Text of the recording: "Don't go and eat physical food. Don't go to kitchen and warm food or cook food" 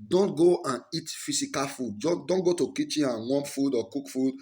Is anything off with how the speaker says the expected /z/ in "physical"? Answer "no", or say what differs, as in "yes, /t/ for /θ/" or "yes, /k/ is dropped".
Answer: yes, /s/ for /z/